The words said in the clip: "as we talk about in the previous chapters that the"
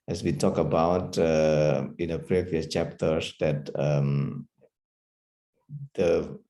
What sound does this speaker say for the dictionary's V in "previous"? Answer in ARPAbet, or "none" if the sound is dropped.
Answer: V